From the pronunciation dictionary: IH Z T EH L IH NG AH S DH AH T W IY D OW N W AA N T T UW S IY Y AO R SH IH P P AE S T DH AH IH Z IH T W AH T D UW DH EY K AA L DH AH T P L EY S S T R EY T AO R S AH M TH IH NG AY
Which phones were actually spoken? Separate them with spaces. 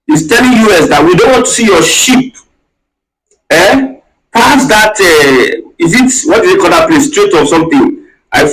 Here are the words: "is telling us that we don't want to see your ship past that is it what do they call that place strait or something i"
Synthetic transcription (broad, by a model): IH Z T EH L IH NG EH S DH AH T W IY D OW N W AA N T T UW S IY Y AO SH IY P P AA S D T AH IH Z IH T W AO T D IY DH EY K AA L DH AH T P L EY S S T R EY T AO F S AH M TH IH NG AY